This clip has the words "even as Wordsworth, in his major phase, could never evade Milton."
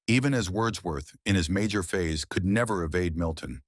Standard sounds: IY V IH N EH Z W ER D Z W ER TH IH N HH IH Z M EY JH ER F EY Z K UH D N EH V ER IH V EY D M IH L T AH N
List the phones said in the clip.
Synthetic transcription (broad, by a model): IY V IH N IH Z W ER D Z W ER TH IH N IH Z M EY JH ER F EY Z K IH D N EH V ER IH V EY D M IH L T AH N